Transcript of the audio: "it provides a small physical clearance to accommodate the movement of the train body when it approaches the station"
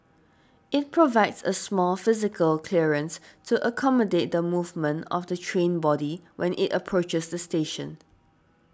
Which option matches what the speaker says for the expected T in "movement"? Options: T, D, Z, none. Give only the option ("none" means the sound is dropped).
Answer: T